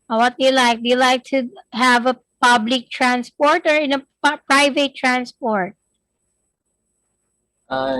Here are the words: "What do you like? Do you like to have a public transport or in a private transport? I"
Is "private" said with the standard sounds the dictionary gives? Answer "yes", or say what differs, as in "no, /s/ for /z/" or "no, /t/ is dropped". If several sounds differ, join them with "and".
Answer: yes